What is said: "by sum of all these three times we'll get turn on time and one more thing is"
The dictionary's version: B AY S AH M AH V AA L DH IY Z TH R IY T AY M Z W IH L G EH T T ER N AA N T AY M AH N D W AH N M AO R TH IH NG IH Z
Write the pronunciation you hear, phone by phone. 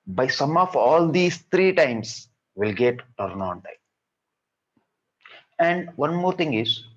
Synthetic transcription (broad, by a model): B AY S AH M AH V AA L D IY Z T R IY T AY M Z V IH L G EH T T ER N AA N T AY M AH N D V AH N M AO R T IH NG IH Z